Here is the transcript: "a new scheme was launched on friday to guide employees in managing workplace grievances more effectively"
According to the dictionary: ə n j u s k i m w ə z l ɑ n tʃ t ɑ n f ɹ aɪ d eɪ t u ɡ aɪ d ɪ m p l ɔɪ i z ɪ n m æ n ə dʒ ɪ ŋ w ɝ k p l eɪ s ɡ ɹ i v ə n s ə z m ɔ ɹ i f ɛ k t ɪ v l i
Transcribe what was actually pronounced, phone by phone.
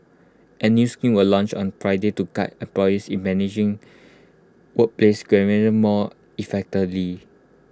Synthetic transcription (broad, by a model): ə n j u s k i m w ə l ɑ n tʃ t ɑ n f ɹ aɪ d eɪ t u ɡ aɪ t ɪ p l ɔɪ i s ɪ n m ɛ n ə dʒ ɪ ŋ w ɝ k p l eɪ s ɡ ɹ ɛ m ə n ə m ɔ i f ɛ k t ɪ v l i